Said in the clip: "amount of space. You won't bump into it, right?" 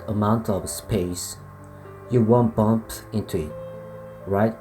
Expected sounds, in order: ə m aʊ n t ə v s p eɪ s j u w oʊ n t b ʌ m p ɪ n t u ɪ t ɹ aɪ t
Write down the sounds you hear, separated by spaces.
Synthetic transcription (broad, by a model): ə m aʊ n t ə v s p eɪ s j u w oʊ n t b ʌ m p ɪ n t u ɪ t ɹ aɪ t